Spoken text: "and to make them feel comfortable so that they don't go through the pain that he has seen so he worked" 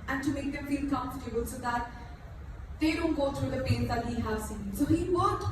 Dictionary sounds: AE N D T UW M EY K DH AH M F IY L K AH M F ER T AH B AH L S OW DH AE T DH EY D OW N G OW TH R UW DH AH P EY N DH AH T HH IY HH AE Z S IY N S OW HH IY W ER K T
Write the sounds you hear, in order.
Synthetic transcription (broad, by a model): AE N T UW M EY K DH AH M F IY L K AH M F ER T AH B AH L S OW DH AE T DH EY D OW N G OW T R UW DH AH P EY N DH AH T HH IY HH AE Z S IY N S OW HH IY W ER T